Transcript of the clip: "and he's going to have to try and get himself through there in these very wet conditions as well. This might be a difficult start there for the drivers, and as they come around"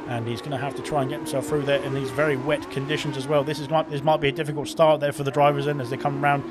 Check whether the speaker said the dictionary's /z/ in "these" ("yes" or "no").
yes